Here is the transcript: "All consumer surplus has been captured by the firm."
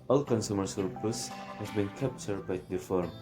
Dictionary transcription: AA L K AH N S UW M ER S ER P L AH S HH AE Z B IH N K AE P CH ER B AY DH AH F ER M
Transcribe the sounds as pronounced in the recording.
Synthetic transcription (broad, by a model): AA L K AH N S UW M ER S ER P AH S HH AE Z B IH N K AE P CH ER B AY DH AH F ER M